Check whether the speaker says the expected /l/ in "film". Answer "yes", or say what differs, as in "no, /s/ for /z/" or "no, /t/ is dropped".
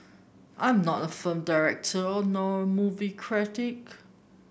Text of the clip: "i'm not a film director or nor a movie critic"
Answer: no, /l/ is dropped